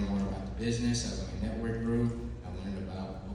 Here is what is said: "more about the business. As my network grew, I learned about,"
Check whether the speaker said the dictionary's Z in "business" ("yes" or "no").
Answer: yes